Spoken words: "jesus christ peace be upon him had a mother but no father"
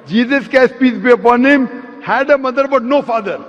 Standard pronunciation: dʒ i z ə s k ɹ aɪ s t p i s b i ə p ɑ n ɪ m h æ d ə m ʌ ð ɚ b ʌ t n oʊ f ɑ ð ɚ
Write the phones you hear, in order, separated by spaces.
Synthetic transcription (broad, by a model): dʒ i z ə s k aɪ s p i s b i ə p ɑ n ɪ m h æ d ə m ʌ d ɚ b ʌ t n oʊ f ɑ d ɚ